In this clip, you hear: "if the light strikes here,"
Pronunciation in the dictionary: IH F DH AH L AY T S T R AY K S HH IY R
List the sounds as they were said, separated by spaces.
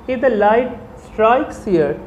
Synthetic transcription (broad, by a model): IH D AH L AY T S T R AY K S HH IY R